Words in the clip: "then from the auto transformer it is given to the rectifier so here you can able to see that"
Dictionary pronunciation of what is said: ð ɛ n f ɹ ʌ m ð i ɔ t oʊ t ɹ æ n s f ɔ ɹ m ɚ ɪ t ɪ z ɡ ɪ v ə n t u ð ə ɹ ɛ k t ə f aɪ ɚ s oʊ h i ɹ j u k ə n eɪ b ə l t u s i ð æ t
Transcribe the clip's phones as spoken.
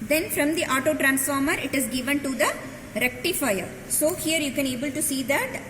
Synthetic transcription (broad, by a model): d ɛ n f ɹ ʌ m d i ɔ t oʊ t ɹ æ n s f ɔ ɹ m ɚ ɪ t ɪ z ɡ ɪ v ə n t u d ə ɹ ɛ k t ə f aɪ ɚ s oʊ h i ɹ j u k ə n eɪ b ə l t u s i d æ t